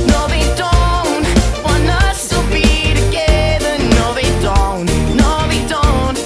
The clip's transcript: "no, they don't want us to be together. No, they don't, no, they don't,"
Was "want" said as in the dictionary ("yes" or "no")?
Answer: no